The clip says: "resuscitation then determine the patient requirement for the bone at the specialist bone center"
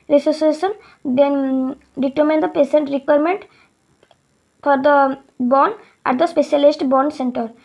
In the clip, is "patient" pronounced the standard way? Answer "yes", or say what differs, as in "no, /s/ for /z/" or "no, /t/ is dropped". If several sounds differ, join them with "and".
no, /s/ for /ʃ/